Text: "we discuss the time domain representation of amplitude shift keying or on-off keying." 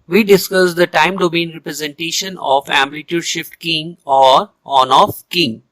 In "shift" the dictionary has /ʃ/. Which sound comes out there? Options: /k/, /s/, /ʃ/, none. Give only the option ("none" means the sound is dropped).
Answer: /ʃ/